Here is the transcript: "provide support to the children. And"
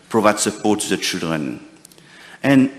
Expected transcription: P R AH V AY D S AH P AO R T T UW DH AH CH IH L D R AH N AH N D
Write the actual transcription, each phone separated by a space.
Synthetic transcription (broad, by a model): P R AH V AY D S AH P AO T T UW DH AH CH IH L D R AH N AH N